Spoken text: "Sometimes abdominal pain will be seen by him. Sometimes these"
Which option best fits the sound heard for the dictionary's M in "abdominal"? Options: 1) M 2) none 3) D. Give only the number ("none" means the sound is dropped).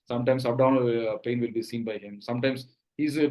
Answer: 2